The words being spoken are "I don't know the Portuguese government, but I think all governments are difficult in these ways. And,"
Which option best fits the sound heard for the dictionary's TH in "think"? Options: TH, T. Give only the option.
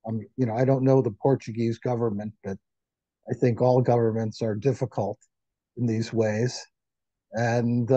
TH